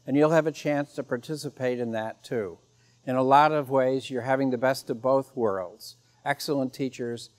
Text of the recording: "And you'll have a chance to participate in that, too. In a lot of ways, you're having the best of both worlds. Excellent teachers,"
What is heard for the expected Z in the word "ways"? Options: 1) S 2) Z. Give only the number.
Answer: 2